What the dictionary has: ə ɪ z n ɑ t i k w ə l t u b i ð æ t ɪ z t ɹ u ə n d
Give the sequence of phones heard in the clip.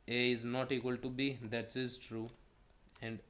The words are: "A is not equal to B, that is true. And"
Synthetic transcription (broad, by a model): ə ɪ z n ɑ t i k w ə l t u b i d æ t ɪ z t ɹ u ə n d